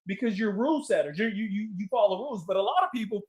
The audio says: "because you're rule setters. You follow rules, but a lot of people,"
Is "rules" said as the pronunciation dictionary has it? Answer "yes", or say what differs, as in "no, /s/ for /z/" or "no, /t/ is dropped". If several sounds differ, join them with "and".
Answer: yes